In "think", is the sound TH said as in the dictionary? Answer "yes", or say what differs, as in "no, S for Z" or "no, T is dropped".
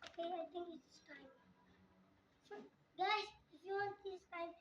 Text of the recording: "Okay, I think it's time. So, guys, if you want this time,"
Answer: no, T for TH